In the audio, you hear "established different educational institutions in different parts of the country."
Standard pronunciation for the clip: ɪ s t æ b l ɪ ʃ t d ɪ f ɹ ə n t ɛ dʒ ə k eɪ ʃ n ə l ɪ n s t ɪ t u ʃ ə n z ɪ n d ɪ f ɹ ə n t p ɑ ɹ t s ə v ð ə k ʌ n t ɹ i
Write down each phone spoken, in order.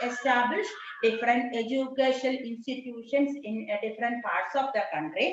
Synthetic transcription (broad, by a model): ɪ s t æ b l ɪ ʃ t d ɪ f ɹ ə n t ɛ dʒ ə k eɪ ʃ ə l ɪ n s t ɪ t u ʃ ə n s ɪ n d ɪ f ɹ ə n t p ɑ ɹ t s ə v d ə k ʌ n t ɹ i